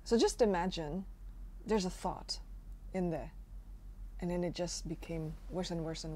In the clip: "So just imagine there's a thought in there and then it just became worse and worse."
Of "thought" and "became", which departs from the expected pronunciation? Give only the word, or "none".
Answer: none